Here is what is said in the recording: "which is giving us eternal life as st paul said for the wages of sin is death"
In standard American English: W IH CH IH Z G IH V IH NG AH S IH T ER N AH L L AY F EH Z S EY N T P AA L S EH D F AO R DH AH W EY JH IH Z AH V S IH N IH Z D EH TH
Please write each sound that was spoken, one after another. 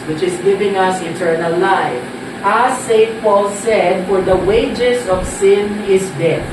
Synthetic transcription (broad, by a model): W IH CH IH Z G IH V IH NG AH S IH T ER N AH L L AY F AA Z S EY T P AA L S EH D F AO R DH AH W EY JH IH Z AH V S IH N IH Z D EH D